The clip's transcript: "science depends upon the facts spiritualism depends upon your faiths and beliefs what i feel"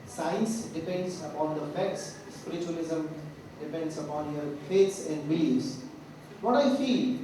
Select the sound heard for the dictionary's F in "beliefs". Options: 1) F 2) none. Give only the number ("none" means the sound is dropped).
2